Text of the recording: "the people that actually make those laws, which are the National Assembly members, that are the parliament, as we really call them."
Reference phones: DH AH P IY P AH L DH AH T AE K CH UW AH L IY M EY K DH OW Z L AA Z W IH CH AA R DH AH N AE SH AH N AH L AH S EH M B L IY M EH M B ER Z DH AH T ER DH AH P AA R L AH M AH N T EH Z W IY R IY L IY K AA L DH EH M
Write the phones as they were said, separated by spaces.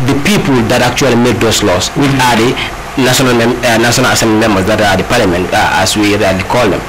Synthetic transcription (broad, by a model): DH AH P IY P AH L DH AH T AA K CH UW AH L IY M EY K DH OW S L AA S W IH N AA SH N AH N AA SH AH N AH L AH S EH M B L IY M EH M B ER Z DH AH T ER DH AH P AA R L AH M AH N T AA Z W IY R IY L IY K AA L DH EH M